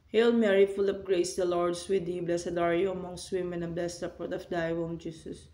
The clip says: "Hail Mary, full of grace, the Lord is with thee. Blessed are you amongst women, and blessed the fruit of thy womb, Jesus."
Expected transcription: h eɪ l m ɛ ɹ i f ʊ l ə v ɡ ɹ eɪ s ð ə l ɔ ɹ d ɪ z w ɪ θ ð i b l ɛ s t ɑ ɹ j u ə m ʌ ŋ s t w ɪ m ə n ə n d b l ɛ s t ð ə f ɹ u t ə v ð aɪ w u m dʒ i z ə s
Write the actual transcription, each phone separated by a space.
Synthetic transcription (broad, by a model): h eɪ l m ɛ ɹ i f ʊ l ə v ɡ ɹ eɪ s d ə l ɔ ɹ d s w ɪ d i b l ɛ s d ɑ ɹ j u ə m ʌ ŋ s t w ɪ m ə n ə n b l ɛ s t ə p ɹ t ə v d aɪ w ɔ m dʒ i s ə s